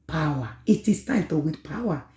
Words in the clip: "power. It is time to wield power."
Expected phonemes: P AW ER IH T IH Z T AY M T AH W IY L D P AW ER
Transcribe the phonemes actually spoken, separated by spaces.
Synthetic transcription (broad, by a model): P AW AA IH T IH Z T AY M T AH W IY D P AW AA